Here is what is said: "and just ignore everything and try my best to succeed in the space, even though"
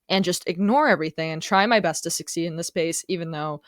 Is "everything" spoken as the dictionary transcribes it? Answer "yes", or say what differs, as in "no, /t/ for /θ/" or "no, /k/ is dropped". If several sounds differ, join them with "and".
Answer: yes